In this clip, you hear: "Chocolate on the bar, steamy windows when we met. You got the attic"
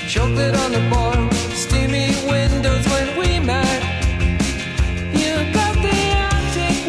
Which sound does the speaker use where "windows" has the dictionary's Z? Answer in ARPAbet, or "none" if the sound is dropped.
Z